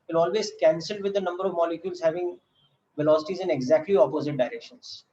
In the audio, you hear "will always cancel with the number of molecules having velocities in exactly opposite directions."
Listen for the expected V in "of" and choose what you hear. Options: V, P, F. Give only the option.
V